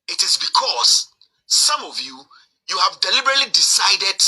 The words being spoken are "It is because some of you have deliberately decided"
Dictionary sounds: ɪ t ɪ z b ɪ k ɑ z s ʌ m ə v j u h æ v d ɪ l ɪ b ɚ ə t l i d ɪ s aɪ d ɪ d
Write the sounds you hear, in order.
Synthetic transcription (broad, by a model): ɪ t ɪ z b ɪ k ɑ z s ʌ m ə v j u h æ v d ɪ l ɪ b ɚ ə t l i d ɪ s aɪ d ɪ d